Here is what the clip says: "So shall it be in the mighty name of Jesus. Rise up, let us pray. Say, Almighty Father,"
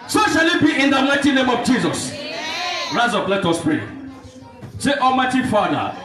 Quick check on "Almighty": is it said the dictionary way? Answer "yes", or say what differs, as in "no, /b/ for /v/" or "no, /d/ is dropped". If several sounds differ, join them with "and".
no, /l/ is dropped